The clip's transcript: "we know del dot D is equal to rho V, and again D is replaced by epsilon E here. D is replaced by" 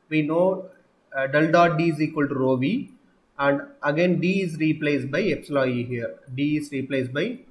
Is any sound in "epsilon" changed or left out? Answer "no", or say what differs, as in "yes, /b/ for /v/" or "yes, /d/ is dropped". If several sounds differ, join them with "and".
yes, /n/ is dropped